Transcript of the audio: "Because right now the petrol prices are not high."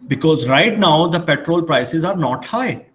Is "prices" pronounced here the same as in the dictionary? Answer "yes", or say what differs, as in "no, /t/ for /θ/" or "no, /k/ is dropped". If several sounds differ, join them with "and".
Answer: yes